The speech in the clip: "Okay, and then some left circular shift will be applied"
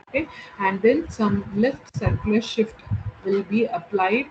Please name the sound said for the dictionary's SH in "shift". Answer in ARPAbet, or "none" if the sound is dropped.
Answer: SH